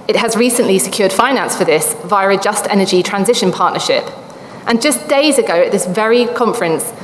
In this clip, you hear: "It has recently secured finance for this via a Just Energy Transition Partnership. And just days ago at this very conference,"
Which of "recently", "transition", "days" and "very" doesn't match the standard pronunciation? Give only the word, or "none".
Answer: none